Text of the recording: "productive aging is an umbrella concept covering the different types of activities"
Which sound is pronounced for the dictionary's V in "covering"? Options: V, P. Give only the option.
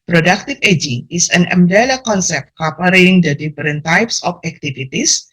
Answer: P